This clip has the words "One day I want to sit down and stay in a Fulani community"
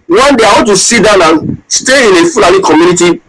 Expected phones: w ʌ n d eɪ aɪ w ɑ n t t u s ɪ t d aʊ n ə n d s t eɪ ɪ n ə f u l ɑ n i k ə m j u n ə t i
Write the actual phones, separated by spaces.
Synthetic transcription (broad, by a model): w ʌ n d eɪ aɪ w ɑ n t t u s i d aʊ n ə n s t eɪ ɪ n ə f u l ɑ l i k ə m j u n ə t i